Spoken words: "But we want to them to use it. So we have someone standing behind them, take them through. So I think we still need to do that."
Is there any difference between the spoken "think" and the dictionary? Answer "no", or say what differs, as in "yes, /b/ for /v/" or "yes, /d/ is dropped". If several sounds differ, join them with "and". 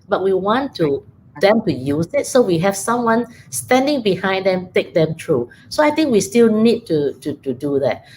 yes, /t/ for /θ/